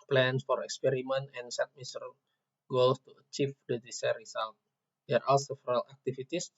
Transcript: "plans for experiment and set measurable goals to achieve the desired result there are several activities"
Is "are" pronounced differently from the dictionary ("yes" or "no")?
yes